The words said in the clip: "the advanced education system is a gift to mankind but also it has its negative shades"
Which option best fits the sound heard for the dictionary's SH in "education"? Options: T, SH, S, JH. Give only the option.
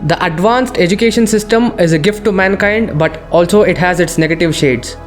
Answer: SH